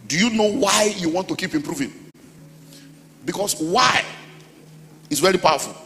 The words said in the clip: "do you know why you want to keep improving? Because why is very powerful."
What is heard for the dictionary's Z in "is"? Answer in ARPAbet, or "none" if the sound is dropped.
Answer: S